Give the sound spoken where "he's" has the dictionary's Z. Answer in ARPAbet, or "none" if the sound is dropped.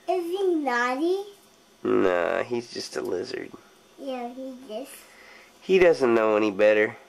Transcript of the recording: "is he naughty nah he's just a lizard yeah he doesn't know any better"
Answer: Z